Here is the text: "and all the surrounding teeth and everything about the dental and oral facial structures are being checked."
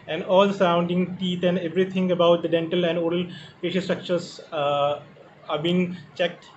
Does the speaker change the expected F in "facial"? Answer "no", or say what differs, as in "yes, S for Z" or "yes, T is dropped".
yes, P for F